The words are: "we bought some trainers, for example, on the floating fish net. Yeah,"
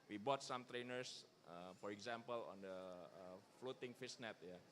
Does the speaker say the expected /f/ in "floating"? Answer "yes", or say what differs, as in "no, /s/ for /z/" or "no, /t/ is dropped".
yes